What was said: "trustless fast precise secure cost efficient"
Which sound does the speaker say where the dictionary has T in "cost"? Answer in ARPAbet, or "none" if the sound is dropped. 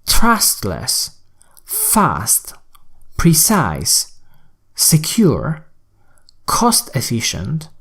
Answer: T